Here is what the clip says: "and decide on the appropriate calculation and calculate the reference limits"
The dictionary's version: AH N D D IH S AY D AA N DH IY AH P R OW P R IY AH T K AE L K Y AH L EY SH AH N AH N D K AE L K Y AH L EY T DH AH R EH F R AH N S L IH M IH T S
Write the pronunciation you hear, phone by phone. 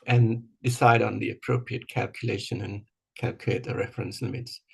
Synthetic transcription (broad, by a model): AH N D D IH S AY D N DH IY AH P R OW P R IY AH T K AE L K Y AH L EY SH AH N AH N K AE L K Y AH IH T DH AH R EH F R AH N S L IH M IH T S